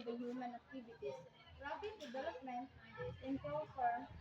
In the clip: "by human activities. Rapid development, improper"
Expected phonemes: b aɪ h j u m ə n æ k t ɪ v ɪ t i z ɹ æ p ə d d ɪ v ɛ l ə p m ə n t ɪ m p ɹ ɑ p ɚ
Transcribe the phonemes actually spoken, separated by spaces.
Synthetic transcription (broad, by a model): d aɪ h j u m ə n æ k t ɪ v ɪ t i s ɹ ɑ b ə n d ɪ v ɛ l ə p m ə n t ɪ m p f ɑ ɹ